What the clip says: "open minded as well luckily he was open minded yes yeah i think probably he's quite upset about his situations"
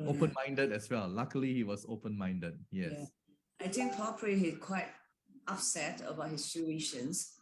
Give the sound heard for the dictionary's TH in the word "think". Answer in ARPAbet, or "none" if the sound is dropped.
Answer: T